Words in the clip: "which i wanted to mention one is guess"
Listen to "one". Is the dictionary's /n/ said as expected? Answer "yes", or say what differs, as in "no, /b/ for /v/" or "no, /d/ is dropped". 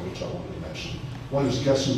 no, /n/ is dropped